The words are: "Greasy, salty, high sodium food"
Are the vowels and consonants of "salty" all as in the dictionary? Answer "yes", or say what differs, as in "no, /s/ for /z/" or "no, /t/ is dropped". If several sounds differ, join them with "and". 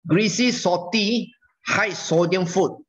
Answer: no, /l/ is dropped